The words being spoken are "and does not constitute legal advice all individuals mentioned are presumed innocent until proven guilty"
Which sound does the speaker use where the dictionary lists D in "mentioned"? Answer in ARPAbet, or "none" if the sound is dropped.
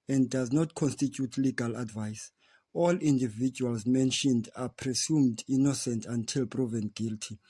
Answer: D